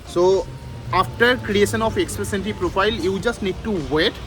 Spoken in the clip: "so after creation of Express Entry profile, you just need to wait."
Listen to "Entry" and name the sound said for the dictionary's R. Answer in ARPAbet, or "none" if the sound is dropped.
none